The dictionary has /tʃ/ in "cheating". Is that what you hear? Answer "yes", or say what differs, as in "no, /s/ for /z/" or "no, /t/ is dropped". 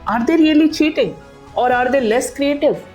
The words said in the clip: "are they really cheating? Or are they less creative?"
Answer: yes